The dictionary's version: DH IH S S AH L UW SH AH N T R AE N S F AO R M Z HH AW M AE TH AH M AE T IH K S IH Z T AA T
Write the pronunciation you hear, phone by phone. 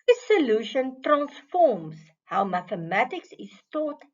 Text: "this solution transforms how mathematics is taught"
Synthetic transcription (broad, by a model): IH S S AH L UW SH AH N T R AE N S F AO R M S HH AW M AE TH AH M AE T IH K S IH S T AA T